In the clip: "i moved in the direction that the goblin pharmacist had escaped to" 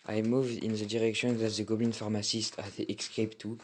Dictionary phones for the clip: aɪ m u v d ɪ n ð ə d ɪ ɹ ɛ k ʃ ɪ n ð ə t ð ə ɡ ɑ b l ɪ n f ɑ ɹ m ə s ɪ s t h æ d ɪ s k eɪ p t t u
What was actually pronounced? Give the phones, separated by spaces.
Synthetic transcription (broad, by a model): aɪ m u v d ɪ n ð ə d ɪ ɹ ɛ k ʃ ɪ n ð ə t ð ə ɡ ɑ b ɪ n f ɑ ɹ m ə s ɪ s t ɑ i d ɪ s k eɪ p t t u